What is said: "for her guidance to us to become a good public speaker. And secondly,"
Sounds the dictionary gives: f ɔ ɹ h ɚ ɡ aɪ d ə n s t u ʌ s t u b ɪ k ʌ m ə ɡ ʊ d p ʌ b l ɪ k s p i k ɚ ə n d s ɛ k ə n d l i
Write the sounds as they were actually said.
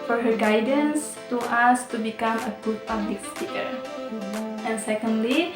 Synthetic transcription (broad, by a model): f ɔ ɹ h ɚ ɡ aɪ d ə n s t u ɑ s t u b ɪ k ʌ m ə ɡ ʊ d p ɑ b l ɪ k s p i ɚ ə n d s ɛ k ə n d l i